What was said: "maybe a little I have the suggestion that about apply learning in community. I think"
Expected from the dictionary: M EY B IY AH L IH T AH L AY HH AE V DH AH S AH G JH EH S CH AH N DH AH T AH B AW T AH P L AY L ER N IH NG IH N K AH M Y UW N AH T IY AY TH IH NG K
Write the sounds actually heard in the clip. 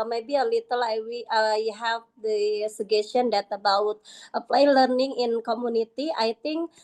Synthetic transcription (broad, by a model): M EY B IY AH L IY T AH L AY HH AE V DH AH S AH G EH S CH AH N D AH T AH B AW T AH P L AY L ER N IH NG IH N K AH M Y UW N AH T IY AY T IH NG K